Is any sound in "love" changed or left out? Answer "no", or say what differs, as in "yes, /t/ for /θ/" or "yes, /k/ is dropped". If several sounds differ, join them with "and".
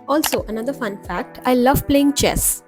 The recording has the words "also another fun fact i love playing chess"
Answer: no